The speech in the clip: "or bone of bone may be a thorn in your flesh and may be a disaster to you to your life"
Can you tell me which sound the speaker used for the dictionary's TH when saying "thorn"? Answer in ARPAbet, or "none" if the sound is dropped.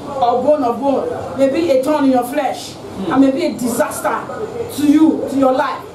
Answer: T